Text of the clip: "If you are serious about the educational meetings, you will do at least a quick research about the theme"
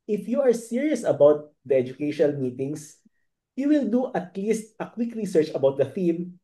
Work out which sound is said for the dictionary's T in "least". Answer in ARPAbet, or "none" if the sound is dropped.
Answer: T